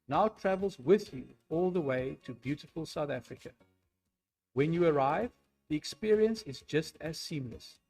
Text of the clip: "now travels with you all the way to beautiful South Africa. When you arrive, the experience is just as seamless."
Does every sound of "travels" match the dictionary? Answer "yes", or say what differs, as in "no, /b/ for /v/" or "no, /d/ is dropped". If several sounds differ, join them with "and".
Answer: yes